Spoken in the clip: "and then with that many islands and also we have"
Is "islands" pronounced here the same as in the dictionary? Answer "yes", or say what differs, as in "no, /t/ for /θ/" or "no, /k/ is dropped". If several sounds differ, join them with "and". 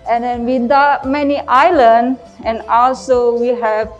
no, /z/ is dropped